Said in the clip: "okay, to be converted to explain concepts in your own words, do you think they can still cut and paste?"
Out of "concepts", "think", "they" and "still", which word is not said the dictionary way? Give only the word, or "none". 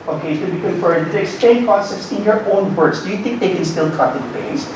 concepts